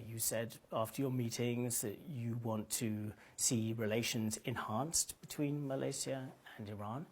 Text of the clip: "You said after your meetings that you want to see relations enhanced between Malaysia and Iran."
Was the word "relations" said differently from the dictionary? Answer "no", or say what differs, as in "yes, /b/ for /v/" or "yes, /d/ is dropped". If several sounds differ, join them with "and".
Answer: no